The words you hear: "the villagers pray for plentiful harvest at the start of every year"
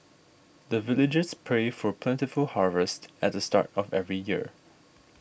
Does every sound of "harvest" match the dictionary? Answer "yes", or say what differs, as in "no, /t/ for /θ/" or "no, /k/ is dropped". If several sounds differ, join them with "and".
yes